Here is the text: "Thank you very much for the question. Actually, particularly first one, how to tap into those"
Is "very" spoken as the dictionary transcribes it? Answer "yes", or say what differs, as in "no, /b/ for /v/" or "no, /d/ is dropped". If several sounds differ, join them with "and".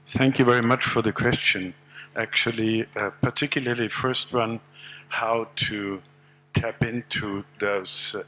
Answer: yes